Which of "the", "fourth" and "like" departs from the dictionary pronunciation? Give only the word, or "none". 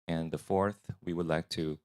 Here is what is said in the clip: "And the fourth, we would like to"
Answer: none